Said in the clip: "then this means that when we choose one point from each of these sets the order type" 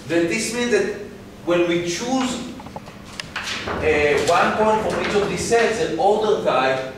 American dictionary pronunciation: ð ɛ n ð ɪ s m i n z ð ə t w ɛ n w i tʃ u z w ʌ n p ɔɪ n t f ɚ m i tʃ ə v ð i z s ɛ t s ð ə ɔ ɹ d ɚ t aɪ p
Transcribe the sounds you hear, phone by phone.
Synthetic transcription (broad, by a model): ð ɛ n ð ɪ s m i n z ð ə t w ɛ n w i tʃ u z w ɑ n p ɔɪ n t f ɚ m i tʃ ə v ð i s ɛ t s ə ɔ l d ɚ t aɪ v